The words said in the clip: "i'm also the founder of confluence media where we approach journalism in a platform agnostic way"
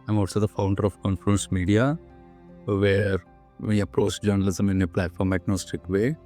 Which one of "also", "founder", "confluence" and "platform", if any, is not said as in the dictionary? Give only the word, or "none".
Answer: confluence